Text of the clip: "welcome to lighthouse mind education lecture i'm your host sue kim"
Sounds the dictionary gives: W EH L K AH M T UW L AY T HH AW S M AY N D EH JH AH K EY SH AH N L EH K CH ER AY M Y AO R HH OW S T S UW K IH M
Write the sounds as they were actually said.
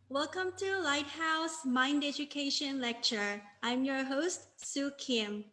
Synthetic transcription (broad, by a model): W EH L K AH M T UW L AY T HH AW S M AY N D EH JH AH K EY SH AH N L EH K CH ER AY M Y AO R HH OW S T S UW K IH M